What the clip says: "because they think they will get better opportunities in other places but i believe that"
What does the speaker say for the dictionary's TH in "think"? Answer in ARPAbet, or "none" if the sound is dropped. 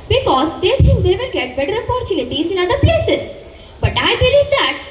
T